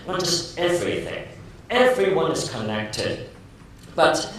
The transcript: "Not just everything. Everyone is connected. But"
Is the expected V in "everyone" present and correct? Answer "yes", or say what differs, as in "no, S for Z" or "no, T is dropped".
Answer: yes